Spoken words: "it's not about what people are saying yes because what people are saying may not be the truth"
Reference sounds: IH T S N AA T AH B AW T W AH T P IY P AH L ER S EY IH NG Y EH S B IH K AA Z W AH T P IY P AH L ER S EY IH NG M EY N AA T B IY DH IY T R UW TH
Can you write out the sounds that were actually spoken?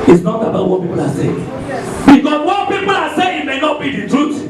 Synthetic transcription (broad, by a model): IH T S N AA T AH B AW T W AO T P IY P AH L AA S EY IH NG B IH K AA S W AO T P IY P AH L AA S EY IH NG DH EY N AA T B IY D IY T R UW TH